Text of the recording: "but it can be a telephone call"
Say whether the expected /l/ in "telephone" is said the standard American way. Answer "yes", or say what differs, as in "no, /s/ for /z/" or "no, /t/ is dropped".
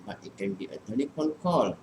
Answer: no, /n/ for /l/